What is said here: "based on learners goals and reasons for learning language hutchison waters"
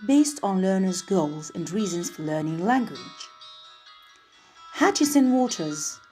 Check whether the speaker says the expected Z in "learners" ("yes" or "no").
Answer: yes